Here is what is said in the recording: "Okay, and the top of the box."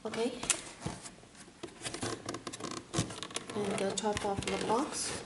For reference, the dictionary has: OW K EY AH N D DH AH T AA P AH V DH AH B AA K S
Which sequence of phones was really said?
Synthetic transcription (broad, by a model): OW K EY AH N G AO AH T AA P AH F DH AH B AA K S